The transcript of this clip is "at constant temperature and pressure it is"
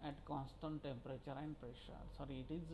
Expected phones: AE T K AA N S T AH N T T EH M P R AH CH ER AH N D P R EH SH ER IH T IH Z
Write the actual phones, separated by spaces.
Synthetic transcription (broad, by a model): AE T K AA N S T AH N T T EH M P R AH CH ER AH N D P R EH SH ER IH T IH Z